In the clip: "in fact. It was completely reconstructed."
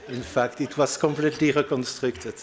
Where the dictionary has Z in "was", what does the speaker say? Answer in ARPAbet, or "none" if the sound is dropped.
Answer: S